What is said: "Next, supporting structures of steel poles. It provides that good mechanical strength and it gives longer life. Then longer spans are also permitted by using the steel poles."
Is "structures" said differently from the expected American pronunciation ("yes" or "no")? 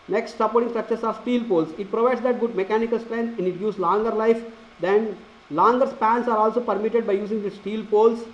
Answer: yes